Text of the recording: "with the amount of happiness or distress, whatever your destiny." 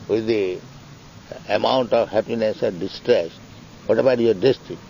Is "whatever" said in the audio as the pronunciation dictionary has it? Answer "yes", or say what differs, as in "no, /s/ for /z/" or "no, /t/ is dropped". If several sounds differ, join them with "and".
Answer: no, /b/ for /v/